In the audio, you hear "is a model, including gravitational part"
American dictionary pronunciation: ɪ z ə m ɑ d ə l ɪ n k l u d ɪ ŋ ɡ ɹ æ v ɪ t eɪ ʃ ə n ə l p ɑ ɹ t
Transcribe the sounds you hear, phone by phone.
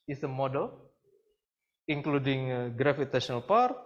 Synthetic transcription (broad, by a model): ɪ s ə m ɑ d ə l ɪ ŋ k l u d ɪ ŋ ɡ ɹ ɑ f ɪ t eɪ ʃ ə n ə l p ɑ ɹ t